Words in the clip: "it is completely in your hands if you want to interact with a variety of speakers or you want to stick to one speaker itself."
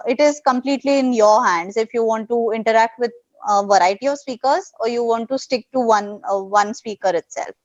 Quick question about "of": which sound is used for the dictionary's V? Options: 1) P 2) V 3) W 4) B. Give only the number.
2